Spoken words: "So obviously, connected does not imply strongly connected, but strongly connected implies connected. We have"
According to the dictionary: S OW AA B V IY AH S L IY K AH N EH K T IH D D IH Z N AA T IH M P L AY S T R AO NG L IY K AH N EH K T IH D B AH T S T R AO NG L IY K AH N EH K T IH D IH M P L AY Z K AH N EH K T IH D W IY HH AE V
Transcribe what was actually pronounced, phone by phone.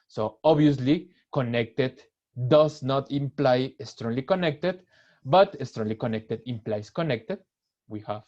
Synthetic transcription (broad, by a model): S OW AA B IY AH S L IY K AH N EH K T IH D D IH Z N AA T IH M P L AY S T R AO NG L IY K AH N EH K T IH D B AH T S T R AO NG L IY K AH N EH K T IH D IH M P L AY S K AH N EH K T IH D W IY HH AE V